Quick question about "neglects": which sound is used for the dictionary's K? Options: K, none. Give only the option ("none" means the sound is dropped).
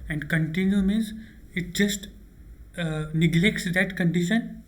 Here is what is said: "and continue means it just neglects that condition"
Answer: K